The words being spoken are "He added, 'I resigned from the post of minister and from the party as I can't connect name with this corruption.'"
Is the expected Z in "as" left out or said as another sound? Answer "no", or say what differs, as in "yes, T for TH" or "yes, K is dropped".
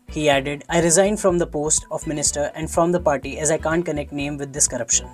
no